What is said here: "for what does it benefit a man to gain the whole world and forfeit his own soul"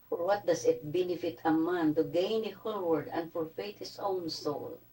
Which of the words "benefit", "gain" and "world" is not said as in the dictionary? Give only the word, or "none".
world